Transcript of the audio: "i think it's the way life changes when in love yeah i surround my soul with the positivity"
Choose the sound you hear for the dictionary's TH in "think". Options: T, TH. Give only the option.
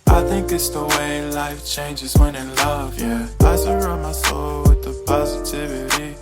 TH